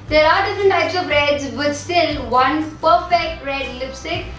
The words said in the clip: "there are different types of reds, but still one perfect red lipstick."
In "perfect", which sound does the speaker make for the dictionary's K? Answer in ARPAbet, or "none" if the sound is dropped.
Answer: K